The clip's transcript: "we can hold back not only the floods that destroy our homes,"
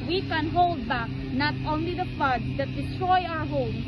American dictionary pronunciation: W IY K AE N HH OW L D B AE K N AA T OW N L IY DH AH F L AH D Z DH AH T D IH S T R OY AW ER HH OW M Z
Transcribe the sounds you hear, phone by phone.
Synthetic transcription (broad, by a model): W IY K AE N HH OW L D B AE K N AA T OW N L IY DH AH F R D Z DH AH T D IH T R OY AW ER HH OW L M